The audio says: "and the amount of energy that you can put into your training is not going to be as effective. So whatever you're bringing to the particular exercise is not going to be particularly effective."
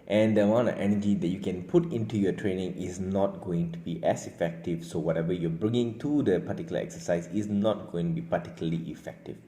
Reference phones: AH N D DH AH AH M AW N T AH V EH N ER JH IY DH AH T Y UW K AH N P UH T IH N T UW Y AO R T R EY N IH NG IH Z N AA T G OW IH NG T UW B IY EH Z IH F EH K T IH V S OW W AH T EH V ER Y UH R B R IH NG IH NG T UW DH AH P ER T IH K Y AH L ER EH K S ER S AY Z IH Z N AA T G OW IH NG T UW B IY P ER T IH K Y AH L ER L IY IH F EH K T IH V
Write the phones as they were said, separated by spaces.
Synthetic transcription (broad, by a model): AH N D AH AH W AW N AH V EH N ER JH IY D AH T Y UW K AH N P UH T IH N T UW Y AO T R EY N IH NG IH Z N AA T G OW IH NG T UW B IY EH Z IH F EH K T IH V S OW W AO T EH V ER Y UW B R IH NG IH NG T UW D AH P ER T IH K Y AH L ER EH K S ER S AY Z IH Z N AA T G OW IH NG T UW B IY P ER T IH K Y L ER L IY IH F EH K T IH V